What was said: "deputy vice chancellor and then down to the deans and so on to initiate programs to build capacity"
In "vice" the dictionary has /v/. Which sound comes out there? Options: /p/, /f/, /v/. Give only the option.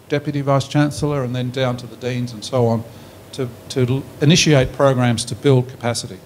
/v/